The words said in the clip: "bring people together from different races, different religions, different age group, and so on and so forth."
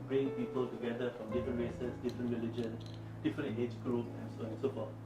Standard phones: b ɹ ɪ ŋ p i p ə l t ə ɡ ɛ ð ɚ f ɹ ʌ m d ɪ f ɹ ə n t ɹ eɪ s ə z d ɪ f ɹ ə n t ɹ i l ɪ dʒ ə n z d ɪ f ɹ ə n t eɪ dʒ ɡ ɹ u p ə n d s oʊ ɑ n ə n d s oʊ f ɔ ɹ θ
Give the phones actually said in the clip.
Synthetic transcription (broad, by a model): b ɹ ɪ ŋ p i p ə l t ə ɡ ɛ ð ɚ f ɹ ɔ m d ɪ f ɹ ə n t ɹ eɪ s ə s d ɪ f ɹ ə n t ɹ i l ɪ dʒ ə n d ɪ f ɹ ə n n eɪ dʒ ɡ ɹ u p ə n s oʊ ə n s oʊ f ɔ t